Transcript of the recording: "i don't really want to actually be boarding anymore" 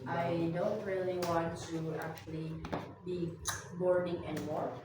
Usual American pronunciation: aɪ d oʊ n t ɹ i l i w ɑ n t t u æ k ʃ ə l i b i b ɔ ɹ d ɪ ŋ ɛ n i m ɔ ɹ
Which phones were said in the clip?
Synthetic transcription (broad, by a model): aɪ d oʊ n t ɹ i l i w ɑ n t t u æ k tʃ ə l i b i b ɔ ɹ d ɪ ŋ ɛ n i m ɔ ɹ